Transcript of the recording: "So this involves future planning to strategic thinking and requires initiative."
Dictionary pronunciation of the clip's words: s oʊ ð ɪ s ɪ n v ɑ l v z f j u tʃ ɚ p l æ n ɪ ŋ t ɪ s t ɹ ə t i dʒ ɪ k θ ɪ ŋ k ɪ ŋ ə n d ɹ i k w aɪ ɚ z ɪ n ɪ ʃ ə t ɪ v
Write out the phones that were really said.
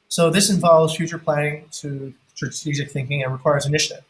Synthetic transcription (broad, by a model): s oʊ ð ɪ s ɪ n v ɑ l v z f j u tʃ ɚ p l æ n ɪ ŋ t ɪ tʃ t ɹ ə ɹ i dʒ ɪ k θ ɪ ŋ k ɪ ŋ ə n ɹ i k w aɪ ɚ z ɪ n ɪ ʃ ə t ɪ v